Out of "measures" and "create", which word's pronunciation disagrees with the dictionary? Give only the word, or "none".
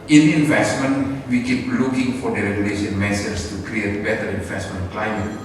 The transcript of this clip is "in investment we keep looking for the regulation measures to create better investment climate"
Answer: measures